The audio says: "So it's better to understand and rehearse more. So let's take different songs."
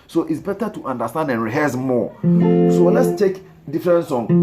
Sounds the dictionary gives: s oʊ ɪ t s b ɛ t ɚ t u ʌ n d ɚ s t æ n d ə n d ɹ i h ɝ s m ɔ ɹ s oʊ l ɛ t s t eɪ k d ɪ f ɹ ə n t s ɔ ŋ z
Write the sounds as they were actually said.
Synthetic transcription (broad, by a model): s oʊ ɪ t s b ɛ t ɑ t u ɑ n d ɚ s t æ n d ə n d ɹ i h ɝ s m ɔ s oʊ w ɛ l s t eɪ k d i f ɹ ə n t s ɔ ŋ